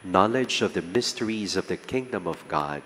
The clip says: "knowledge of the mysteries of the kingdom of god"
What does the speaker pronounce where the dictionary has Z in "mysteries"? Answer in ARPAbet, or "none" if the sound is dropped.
Z